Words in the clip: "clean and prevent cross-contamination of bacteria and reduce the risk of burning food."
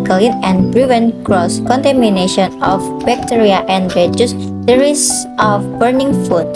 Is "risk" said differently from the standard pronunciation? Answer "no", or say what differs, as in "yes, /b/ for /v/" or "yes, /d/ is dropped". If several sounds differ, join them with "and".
yes, /k/ is dropped